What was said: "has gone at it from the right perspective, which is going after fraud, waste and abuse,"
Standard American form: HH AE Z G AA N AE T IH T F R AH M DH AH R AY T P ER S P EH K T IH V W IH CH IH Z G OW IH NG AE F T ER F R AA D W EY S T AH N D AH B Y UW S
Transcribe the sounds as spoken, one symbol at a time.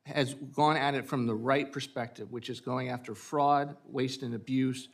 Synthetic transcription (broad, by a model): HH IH Z G AA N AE T IH T F R AH M DH AH R AY T P ER S P EH K T IH V W IH CH IH Z G OW IH NG AE F T ER F R AA D W EY S T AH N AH B Y UW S